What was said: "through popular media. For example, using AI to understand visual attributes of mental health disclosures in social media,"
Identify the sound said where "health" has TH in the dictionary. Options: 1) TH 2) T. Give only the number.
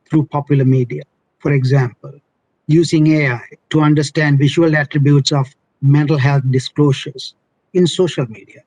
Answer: 2